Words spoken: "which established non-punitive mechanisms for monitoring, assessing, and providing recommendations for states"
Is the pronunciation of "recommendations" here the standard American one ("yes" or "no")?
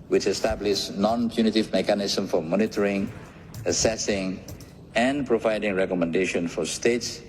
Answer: no